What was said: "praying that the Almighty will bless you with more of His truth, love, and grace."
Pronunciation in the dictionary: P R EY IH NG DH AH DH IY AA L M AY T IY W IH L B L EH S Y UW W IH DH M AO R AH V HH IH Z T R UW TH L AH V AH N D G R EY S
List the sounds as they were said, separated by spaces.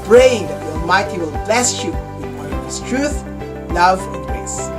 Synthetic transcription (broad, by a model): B R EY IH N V DH IY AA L M AY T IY W IH L B L EH S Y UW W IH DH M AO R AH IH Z T R UW TH L AH V AH N D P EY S